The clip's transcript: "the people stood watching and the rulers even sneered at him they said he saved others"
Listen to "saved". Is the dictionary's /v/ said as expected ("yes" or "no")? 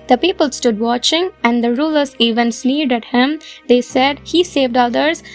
yes